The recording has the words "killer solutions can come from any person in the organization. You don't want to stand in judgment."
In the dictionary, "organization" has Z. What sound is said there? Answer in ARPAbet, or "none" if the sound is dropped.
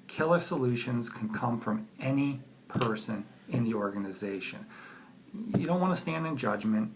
Z